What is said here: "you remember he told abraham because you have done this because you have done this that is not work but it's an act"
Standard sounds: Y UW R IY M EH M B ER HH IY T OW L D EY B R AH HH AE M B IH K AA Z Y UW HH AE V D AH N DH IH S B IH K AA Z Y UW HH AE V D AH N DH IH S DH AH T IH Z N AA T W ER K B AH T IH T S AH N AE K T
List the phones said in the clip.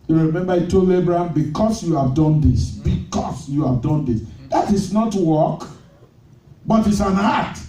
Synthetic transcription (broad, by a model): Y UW R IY M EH M B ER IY T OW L EY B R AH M B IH K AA S Y UW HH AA V D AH N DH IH S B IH K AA S Y UW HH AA V D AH N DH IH S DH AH T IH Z N AA T W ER K B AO T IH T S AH N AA T